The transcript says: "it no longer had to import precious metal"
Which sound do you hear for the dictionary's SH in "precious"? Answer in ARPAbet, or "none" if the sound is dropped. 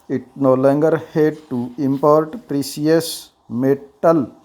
S